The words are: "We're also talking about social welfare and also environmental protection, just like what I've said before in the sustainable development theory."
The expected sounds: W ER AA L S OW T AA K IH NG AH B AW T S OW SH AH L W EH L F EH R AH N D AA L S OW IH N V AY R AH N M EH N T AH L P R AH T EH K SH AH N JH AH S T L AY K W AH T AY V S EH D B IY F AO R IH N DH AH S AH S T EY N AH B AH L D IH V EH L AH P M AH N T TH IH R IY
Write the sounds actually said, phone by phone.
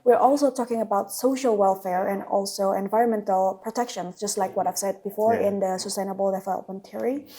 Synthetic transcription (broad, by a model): W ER AA L S OW T AA K IH NG AH B AW T S OW SH AH L W EH L F EH R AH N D AA L S OW IH N V AY R AH N M EH N T AH L P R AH T EH K SH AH N JH AH S T L AY K W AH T AY V S EH D B IY F AO R IH N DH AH S AH S T EY N AH B AH L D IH F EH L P AH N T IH R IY